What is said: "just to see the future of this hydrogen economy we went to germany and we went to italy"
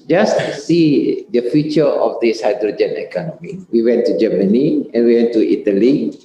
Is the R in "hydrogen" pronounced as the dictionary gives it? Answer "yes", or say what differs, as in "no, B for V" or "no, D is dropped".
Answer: yes